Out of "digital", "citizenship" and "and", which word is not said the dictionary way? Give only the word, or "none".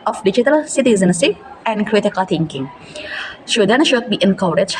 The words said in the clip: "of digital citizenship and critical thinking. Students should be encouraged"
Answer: citizenship